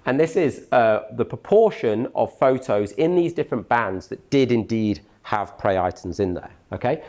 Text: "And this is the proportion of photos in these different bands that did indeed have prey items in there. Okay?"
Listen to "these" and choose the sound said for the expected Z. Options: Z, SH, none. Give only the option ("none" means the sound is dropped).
Z